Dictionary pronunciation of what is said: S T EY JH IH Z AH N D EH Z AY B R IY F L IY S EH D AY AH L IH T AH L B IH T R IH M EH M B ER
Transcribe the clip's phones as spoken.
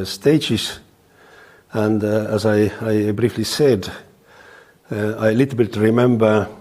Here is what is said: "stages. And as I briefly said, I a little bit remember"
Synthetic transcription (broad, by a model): S T EY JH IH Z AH N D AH Z AY B R IY F L IY S EH D AY AH L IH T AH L B IH T R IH M EH M B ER